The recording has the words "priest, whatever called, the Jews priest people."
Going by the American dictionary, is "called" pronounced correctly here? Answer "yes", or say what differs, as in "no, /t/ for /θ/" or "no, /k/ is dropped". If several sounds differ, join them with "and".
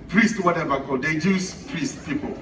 no, /l/ is dropped